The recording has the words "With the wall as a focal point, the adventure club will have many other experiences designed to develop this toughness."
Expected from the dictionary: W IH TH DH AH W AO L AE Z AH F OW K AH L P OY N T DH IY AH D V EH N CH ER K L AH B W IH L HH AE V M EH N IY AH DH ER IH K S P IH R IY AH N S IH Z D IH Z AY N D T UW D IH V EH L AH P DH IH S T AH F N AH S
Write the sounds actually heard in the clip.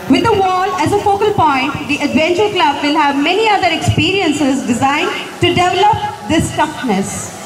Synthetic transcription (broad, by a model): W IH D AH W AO L AE Z AH F OW K AH L P OY N T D IY AH D V EH N CH ER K L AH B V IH L HH AE V M EH N IY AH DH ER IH K S P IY R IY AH N S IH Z D IH Z AY N D T UW D IH V EH L AH P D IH S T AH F N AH S